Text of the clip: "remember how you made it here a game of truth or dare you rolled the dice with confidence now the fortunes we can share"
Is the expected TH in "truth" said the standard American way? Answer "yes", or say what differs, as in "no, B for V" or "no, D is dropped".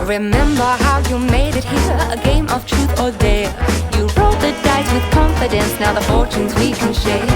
yes